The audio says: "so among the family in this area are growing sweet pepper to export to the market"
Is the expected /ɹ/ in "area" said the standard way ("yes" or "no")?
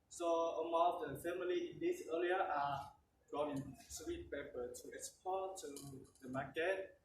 no